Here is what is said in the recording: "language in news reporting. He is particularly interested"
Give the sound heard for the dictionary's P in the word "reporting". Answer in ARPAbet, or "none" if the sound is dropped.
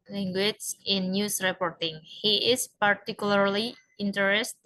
P